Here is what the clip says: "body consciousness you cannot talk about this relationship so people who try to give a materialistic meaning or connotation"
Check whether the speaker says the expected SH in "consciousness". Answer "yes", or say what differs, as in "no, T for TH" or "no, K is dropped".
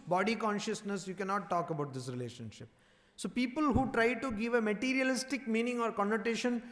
yes